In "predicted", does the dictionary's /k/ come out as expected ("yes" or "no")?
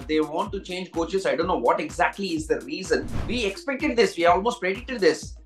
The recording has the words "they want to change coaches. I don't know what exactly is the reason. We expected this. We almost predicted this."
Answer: no